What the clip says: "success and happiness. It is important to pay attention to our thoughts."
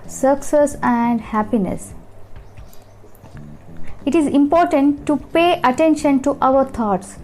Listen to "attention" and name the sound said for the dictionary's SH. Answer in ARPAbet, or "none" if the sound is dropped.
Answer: SH